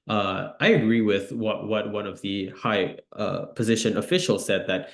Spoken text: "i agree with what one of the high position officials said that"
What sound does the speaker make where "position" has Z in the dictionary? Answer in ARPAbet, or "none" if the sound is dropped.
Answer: Z